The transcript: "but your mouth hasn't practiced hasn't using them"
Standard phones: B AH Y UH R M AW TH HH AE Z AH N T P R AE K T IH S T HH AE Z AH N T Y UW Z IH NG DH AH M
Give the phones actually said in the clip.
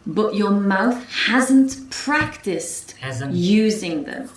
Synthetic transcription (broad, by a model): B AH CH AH R M AW TH HH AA Z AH N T P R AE K T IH S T T Y UW Z IH NG DH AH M